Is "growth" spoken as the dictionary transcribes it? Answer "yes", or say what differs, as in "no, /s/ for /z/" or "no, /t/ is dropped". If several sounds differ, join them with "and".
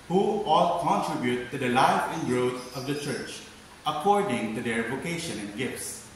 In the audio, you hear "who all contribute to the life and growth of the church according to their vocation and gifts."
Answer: no, /t/ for /θ/